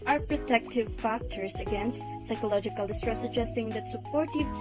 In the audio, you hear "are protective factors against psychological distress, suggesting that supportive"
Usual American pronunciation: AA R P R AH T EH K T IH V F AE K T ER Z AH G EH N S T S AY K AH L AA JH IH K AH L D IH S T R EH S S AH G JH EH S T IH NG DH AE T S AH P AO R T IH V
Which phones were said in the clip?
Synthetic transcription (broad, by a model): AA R P R AH T EH K T IH V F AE K T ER S AH G EH N S T S AY K AH L AA JH IH K AH L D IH S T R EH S S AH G JH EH S T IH NG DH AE T S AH P AO R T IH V